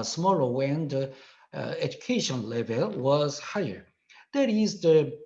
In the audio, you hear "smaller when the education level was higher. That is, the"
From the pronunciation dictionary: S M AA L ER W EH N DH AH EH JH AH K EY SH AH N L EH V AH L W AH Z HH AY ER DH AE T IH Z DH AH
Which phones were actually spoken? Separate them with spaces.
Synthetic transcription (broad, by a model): S M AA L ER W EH N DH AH EH JH AH K EY SH AH N L EH V AH L W AH Z HH AY ER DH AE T IH Z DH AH